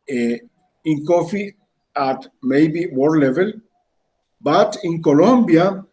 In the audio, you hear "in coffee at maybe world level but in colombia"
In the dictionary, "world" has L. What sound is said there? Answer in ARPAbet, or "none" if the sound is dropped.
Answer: none